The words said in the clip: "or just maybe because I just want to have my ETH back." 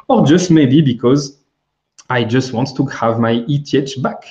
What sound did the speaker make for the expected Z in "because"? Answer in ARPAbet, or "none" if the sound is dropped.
Z